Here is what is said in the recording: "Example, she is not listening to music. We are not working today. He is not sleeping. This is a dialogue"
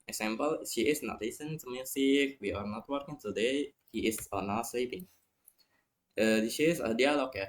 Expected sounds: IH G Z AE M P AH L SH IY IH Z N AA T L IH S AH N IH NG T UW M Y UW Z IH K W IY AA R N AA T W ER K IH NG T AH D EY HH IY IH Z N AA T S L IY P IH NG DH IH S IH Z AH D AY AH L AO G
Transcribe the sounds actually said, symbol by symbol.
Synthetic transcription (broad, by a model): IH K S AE M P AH L SH IY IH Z N AA T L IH S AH N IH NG T UW M Y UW S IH K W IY AA R N AA T W ER K IH NG T AH D EY HH IY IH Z N AA T S L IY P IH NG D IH SH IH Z AH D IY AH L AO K